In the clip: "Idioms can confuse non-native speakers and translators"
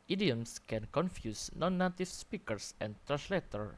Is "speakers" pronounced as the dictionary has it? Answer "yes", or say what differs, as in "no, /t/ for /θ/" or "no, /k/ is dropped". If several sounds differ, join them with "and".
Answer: no, /s/ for /z/